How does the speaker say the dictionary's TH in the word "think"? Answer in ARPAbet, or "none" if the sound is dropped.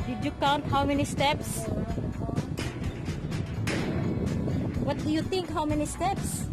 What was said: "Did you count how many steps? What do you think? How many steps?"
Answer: T